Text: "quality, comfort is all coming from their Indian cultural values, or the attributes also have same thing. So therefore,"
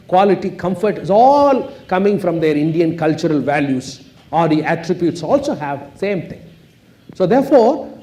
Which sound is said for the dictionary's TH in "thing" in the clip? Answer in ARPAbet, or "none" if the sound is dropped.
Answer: T